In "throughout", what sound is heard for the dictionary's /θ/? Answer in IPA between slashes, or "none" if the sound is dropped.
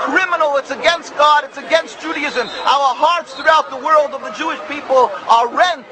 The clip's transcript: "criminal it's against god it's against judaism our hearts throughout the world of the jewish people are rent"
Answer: /θ/